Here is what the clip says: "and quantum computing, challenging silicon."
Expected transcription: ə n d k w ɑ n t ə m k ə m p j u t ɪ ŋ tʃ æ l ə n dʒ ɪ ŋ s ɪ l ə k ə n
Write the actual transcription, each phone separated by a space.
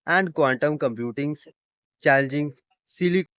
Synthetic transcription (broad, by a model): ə n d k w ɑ n t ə m k ə m p j u t ɪ ŋ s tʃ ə l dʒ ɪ ŋ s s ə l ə